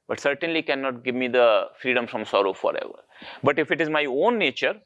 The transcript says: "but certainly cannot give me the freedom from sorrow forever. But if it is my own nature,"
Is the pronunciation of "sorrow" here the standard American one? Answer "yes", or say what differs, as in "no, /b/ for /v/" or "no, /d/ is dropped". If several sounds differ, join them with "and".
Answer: yes